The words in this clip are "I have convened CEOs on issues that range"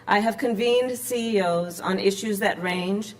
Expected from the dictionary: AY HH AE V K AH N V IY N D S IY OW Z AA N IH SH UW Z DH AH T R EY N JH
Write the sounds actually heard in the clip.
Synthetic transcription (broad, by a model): AY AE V K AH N V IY N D S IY OW Z N IH SH UW Z DH AH T R EY N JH